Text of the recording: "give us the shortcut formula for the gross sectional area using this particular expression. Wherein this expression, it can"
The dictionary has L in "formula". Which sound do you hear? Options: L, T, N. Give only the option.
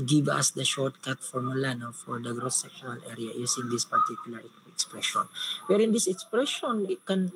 N